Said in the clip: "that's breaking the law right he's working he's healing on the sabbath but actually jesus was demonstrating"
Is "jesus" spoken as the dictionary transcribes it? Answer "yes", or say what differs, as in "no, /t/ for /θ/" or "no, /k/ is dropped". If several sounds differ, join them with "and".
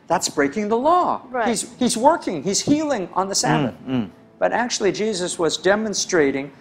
yes